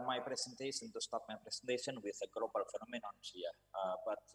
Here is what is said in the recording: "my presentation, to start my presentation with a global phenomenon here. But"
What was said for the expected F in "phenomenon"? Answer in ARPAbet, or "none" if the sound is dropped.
F